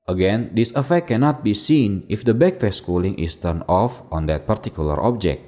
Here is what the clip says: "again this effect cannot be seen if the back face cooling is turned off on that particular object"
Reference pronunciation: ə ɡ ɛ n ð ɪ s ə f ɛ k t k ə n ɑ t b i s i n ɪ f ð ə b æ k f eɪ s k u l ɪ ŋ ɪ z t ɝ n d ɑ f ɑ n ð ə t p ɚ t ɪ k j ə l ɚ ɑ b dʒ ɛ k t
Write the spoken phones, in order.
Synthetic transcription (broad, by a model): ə ɡ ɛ n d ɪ s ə f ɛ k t k ə n ɑ t b i s i n ɪ f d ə b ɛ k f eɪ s k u l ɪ ŋ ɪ s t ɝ n ɑ f ɑ n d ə t p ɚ t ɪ k j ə l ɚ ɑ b dʒ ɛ k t